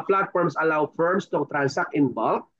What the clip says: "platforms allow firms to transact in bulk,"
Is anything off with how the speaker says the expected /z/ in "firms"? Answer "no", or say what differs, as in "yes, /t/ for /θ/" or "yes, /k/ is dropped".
yes, /s/ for /z/